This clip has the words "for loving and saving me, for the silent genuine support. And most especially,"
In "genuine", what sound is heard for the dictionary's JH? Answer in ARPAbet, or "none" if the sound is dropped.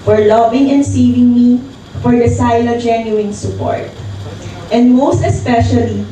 JH